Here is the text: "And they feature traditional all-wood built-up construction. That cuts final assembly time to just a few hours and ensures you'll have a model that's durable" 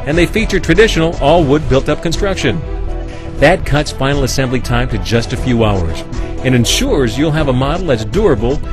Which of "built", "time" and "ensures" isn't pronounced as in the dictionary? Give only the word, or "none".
none